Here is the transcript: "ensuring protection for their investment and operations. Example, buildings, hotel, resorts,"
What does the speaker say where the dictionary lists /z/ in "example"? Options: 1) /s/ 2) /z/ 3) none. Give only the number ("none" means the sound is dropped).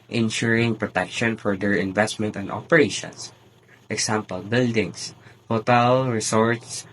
1